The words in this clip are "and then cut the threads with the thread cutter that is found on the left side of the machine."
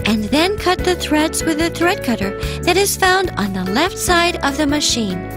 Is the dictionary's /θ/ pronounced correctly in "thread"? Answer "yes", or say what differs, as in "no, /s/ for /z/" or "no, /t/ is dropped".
yes